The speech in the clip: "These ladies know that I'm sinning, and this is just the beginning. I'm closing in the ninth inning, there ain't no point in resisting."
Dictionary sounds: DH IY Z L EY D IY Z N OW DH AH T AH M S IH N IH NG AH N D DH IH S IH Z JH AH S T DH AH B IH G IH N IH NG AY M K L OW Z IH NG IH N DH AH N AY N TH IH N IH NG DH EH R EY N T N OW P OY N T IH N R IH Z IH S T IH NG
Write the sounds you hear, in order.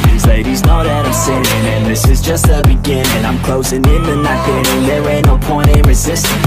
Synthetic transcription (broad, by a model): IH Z L EY D IY Z N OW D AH T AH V S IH IH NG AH N DH IH S IH Z JH AH S T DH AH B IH G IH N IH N AY M K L OW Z IH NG IH N DH AH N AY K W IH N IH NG DH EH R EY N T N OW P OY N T IH N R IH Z IH S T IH